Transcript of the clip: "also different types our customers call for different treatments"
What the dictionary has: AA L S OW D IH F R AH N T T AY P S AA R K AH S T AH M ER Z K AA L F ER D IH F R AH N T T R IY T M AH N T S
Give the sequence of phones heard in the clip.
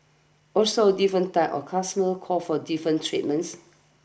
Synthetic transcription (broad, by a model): AA L S OW D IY F R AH N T T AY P AA K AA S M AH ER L K AA F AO D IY F R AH N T T R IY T M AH N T S